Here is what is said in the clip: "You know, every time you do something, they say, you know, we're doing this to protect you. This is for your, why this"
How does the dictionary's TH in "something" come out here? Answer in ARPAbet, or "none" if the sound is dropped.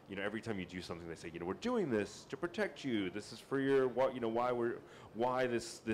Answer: TH